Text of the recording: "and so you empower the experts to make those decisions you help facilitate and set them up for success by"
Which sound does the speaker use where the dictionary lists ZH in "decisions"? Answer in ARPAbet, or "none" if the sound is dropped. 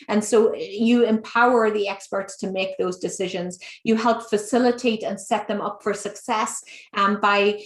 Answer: ZH